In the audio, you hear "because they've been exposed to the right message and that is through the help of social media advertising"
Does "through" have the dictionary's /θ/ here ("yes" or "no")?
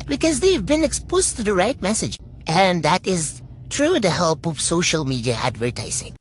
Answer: no